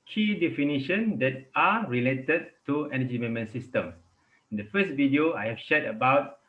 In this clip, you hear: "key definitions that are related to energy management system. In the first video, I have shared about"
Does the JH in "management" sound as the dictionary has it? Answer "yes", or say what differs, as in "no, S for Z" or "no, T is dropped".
no, JH is dropped